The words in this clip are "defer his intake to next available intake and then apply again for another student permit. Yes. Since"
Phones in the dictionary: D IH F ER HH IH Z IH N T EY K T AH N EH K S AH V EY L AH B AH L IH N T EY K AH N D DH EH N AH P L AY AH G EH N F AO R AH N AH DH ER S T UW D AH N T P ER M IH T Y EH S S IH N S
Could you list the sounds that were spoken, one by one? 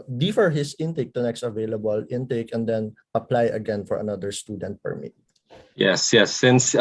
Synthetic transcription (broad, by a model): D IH F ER HH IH S IH N T EY K T AH N EH K S AH V EY L AH B AH L IH N T EY K AH N D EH N AH P L AY AH G EH N F AO R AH N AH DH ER S T UW D AH N T P ER M IH T Y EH S S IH N S